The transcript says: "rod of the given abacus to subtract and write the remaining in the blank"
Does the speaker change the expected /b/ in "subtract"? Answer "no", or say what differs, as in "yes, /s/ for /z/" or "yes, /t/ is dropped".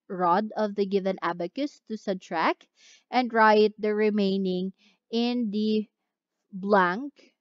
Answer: yes, /b/ is dropped